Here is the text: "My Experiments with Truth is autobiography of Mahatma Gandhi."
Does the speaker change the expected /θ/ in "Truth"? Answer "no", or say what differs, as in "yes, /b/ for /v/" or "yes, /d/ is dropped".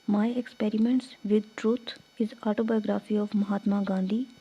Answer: yes, /t/ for /θ/